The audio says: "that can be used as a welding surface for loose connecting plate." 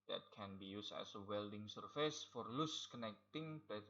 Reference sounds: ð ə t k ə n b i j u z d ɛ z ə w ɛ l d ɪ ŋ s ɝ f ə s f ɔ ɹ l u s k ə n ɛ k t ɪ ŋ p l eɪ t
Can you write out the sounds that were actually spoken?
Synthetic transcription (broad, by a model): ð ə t k ə n b i j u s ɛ s ə w ɛ l d ɪ ŋ s ɝ f ə s f ɔ ɹ l u s k ə n ɛ k t ɪ ŋ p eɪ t